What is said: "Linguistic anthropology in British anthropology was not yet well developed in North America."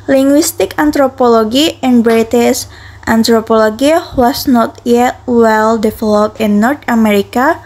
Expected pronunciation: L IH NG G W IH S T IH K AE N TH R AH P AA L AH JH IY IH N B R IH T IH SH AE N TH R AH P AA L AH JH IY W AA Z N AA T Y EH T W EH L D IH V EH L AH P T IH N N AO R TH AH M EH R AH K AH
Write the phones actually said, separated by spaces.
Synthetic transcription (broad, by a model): L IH NG G W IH S T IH K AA N T R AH P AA L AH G IY IH N B R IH T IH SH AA N T R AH P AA L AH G IY W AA S N AA T Y EH T W EH L D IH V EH L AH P IH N N AO R T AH M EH R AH K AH